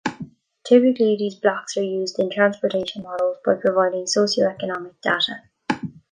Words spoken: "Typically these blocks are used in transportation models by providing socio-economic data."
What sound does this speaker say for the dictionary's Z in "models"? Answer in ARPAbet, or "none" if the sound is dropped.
Z